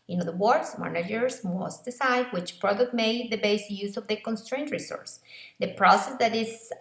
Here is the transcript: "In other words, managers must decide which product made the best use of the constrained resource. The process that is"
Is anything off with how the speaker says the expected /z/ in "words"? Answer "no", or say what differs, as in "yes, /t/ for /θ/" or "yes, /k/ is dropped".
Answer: yes, /s/ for /z/